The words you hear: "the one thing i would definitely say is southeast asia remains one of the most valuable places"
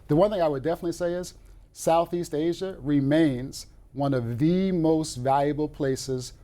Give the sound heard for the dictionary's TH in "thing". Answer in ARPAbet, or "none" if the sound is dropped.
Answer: TH